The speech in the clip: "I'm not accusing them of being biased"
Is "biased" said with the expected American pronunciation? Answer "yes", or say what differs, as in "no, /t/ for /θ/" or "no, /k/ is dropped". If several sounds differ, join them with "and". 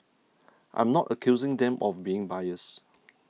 no, /t/ is dropped